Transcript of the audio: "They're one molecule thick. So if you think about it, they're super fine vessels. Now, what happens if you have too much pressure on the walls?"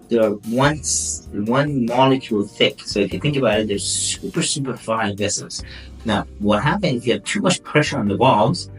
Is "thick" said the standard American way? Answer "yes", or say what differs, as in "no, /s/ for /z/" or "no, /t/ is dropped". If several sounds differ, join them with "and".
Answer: yes